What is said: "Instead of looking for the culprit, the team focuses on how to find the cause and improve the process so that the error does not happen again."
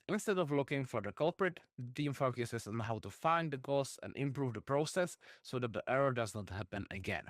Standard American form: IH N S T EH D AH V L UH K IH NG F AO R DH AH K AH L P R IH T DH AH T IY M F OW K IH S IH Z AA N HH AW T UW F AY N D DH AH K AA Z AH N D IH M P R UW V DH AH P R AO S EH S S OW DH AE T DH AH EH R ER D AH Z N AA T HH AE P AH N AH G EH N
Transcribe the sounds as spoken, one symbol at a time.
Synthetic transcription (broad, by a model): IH N S T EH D AH V L UH K IH NG F AO R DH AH K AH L P R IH T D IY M F OW K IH S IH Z AA N HH AW T UW F AY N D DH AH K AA S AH N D IH M P R UW V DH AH P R AO S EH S S OW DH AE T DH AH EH R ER D AH Z N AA T HH AE P AH N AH G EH N